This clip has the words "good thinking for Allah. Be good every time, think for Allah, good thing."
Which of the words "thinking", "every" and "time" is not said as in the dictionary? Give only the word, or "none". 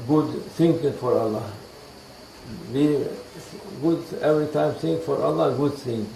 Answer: thinking